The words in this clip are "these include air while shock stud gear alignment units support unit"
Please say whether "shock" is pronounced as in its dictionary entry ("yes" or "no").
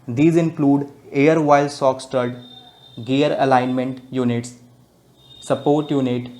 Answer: no